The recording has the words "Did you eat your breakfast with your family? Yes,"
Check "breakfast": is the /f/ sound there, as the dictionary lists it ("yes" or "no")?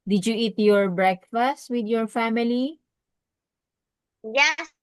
yes